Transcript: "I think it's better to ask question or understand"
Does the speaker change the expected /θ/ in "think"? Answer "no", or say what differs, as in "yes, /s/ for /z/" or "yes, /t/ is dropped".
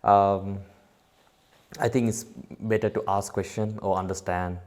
yes, /t/ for /θ/